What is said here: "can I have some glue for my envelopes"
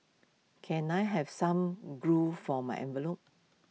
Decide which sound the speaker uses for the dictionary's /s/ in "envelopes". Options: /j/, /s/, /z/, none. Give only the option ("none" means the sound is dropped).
none